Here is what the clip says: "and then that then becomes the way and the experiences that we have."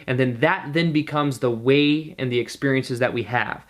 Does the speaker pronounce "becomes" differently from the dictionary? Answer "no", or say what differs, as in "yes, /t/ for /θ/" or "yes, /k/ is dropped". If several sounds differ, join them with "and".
no